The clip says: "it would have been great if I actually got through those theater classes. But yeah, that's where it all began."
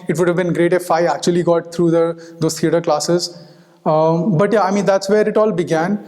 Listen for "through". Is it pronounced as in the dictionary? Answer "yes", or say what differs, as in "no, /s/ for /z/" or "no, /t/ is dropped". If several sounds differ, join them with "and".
no, /t/ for /θ/